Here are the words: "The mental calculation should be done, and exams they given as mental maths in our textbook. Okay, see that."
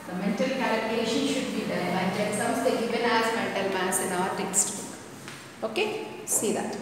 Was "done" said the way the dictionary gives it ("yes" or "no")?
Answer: no